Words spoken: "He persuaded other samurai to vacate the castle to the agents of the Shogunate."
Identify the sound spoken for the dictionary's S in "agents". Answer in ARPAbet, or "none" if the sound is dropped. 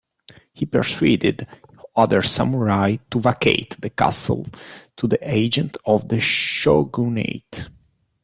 none